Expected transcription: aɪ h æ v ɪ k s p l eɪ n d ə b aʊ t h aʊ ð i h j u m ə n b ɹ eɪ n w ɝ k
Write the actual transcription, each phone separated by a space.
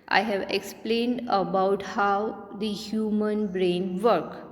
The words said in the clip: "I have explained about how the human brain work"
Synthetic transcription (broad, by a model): aɪ h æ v ɪ k s p l eɪ n d ə b aʊ t h aʊ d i h j u m ə n b ɹ eɪ n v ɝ k